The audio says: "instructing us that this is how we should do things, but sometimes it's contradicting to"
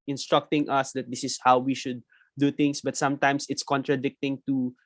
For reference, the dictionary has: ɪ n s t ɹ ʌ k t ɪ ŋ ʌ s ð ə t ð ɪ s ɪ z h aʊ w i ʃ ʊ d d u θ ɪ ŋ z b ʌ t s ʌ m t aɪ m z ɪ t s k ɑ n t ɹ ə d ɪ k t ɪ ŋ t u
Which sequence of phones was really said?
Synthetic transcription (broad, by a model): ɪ n s t ɹ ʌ k t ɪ ŋ ʌ s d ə t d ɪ s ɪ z h aʊ w i ʃ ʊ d d u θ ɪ ŋ s b ʌ t s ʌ m t aɪ m s ɪ t s k ɑ n t ɹ ə d ɪ k t ɪ ŋ t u